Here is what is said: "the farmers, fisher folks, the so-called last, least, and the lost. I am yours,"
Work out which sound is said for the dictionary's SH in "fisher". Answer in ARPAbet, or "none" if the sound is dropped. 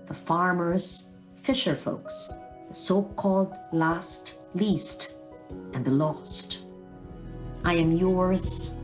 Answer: SH